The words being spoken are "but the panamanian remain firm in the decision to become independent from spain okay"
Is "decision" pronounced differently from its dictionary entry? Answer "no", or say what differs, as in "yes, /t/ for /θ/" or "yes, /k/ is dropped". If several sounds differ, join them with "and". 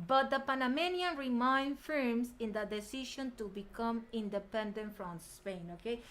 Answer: yes, /ʃ/ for /ʒ/